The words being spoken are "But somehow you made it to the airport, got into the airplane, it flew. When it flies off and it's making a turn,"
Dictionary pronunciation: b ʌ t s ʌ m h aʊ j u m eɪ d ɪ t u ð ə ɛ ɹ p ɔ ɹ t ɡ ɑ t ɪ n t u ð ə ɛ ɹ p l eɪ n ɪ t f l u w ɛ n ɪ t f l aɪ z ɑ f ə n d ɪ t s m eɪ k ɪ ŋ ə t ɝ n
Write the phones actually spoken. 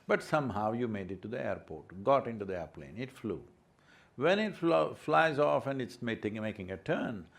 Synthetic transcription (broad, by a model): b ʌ t s ʌ m h aʊ j u m eɪ d ɪ t u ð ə ɛ ɹ p ɔ ɹ t ɡ ɑ t ɪ n t u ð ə ɛ ɹ p l eɪ n ɪ t f l u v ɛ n ɪ t f l aɪ z ɑ f ə n d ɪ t s m eɪ k ɪ ŋ ə t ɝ n